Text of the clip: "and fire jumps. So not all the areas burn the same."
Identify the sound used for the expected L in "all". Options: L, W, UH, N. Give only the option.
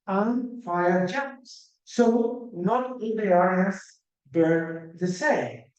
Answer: N